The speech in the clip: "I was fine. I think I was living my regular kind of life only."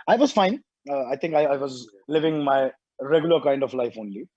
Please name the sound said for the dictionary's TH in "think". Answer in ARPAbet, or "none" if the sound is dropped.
T